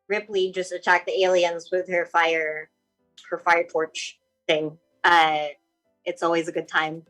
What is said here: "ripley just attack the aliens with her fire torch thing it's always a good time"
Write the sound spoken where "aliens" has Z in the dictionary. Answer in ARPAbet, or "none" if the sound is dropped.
Z